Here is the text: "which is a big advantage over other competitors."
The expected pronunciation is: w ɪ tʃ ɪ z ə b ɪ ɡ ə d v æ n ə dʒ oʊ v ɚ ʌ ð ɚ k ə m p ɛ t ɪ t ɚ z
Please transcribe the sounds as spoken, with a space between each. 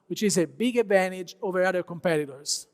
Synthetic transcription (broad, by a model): w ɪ tʃ ɪ z ə b ɪ ɡ ə d v æ n ə dʒ oʊ v ɚ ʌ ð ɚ k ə m p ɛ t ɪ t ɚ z